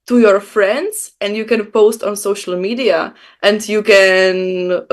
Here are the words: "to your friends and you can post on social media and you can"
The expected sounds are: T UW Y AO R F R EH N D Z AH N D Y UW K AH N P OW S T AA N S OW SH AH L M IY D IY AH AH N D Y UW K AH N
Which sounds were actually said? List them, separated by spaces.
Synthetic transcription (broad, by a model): T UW Y AO R F R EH N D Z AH N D Y UW K AH N P OW S T AA N S OW SH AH L M IY D IY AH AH N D Y UW K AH N